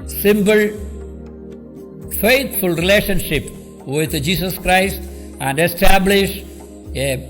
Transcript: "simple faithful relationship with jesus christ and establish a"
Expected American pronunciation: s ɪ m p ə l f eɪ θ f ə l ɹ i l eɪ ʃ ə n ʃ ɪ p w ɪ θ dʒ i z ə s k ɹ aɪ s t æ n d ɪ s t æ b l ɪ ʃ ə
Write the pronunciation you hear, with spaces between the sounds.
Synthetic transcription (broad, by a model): s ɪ m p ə l f eɪ t f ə l ɹ i l eɪ ʃ ə n ʃ ɪ p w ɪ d dʒ i s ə s k ɹ aɪ s t æ n d ɪ s t æ b l ɪ ʃ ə